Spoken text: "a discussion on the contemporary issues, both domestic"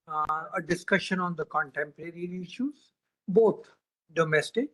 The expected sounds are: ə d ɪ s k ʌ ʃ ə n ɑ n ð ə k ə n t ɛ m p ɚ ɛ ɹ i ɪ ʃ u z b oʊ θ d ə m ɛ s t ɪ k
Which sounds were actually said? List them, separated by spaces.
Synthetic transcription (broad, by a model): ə d ɪ s k ʌ ʃ ə n ɑ n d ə k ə n t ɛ m p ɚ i ɹ i ɪ ʃ u z b oʊ t d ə m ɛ s t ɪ k